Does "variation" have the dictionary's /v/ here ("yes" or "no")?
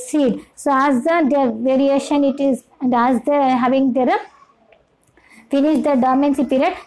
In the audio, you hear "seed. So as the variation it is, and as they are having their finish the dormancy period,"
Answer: yes